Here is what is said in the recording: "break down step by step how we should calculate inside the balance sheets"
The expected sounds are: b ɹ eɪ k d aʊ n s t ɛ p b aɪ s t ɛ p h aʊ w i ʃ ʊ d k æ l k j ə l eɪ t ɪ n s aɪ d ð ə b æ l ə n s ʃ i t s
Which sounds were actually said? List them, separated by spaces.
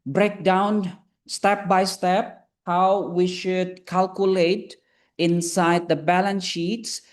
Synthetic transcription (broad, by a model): b ɹ eɪ k d aʊ n s t ɛ p b aɪ s t ɛ p h aʊ w i ʃ ʊ d k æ l k j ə l eɪ t ɪ n s aɪ d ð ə b æ l ə n s ʃ i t s